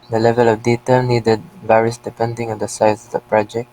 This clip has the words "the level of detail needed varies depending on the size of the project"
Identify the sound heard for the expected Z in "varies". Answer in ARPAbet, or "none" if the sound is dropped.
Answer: S